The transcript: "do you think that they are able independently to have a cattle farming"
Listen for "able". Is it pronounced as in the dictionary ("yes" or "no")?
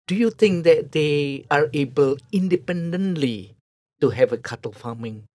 yes